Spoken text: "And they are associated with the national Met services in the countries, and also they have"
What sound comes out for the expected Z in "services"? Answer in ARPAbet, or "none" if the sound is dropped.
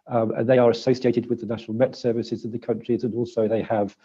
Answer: Z